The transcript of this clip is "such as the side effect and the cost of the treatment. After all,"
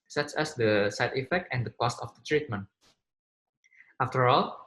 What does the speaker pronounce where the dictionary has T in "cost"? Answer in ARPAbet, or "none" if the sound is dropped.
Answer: T